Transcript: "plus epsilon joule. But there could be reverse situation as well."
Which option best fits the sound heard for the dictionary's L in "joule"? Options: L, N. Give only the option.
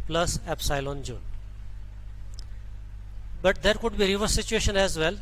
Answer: N